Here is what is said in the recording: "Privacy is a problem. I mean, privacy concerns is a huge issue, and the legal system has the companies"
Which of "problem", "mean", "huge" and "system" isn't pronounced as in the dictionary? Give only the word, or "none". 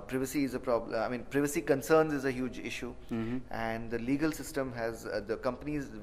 problem